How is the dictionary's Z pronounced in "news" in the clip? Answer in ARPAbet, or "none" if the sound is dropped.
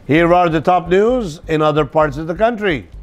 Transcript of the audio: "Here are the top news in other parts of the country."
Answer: Z